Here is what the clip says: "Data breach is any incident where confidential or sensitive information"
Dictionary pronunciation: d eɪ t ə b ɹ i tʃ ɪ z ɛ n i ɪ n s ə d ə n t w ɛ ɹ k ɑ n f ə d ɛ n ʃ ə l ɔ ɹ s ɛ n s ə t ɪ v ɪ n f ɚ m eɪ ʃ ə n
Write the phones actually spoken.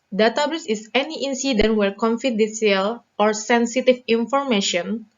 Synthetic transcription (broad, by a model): d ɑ t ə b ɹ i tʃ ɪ s ɛ n i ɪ n s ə d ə n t w ɛ ɹ k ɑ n f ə d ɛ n s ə l ɔ ɹ s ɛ n s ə t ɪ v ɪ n f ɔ m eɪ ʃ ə n